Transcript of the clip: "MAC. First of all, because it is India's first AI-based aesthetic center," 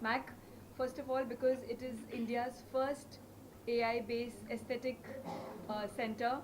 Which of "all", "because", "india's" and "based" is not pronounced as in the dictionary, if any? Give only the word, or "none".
based